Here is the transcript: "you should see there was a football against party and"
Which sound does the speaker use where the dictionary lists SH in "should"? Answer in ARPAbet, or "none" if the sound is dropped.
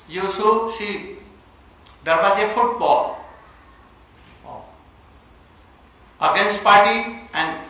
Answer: S